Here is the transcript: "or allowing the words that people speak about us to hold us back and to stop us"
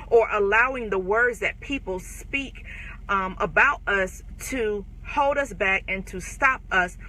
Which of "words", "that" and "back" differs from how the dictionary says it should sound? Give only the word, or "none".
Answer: none